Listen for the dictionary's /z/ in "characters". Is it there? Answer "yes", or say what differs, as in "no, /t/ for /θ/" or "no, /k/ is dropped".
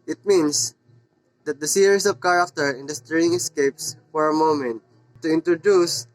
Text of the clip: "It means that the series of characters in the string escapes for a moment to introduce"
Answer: no, /z/ is dropped